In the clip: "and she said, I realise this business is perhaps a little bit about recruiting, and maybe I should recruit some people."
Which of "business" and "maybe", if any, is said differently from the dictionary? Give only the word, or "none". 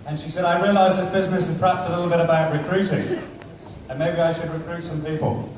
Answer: none